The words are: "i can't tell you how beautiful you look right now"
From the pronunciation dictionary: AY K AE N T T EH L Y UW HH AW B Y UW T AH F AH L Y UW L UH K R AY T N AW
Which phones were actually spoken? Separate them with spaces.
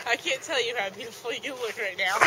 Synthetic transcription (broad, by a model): AY K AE N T T EH L Y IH HH AW B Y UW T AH F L Y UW W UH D R AY T N AW